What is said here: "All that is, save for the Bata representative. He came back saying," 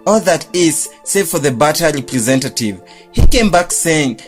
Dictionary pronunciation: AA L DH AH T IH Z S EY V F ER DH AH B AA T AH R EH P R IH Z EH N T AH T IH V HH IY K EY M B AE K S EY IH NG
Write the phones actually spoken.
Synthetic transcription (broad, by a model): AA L DH AH T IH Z S EY V F ER DH AH B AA T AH R EH P R IH Z EH N T AH T IH V HH IY K EY M B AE K S EY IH NG